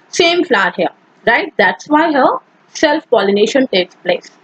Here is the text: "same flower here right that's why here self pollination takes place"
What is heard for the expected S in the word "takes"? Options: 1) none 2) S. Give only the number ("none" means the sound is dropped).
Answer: 2